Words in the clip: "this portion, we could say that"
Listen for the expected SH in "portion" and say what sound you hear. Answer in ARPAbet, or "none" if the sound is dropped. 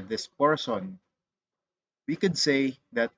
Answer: S